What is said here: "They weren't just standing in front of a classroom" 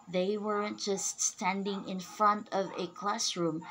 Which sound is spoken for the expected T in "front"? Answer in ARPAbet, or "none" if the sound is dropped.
T